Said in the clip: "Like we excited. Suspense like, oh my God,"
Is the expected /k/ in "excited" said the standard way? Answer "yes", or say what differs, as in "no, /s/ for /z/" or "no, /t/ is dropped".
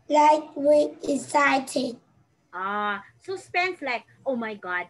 no, /k/ is dropped